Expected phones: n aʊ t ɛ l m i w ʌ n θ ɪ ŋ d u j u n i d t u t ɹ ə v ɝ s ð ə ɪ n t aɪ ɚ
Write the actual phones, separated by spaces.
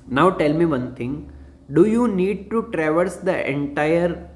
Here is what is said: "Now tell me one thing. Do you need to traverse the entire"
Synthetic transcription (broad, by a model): n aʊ t ɛ l m i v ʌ n t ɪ ŋ d u j u n i d t u t ɹ ə v ɝ s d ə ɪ n t aɪ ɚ